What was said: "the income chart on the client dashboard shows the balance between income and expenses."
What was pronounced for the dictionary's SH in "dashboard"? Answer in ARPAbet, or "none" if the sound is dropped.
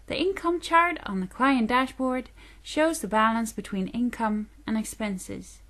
SH